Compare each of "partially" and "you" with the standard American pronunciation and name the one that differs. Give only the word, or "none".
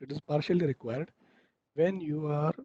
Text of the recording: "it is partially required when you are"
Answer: none